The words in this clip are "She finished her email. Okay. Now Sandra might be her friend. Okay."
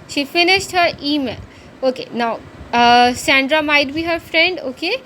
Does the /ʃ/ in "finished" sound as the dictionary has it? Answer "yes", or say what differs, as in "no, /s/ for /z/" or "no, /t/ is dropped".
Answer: no, /s/ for /ʃ/